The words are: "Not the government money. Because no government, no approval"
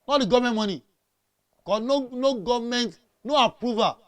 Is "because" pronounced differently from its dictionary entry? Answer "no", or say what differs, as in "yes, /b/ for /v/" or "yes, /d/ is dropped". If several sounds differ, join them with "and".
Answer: yes, /z/ is dropped